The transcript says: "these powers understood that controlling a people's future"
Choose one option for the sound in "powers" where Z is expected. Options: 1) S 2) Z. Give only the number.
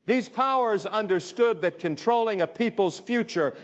2